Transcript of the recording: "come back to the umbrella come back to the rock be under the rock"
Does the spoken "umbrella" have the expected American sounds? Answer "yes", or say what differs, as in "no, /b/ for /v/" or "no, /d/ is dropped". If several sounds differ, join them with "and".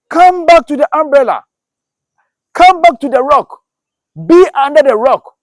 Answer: yes